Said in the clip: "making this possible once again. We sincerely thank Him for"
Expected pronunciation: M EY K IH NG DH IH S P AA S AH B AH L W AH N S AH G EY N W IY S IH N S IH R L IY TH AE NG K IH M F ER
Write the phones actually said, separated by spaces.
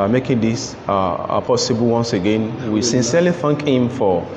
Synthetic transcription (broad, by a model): M EY K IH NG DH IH S P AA S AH B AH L W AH N S AH G EY N W IY S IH N S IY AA L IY F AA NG K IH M F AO